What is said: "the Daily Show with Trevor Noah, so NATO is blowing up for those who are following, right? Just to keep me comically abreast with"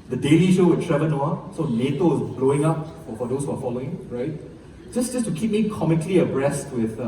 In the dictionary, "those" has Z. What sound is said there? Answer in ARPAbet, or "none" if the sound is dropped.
S